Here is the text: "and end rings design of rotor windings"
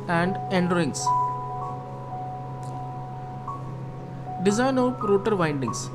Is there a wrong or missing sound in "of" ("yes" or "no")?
yes